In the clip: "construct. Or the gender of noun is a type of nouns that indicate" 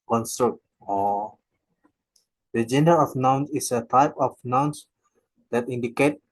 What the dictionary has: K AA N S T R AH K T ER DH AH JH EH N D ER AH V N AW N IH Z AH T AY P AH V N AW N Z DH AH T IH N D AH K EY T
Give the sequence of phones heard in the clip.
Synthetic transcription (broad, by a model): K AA N S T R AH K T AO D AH JH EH N D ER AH F N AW N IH S AH T AY P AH F N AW N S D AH T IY N D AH K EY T